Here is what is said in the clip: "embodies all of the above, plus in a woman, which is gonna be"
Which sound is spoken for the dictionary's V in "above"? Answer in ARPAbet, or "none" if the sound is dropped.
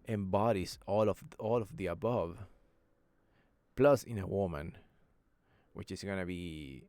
V